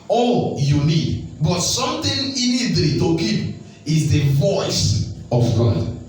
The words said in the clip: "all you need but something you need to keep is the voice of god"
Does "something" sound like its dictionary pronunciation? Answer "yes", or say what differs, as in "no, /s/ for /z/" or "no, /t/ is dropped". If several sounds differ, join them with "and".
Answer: no, /t/ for /θ/